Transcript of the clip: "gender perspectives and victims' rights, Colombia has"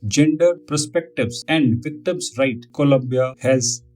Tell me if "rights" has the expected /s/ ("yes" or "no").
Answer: no